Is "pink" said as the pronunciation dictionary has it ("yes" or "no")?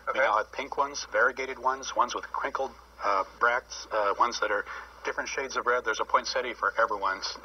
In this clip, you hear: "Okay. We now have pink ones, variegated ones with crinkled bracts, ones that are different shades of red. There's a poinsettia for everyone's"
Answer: yes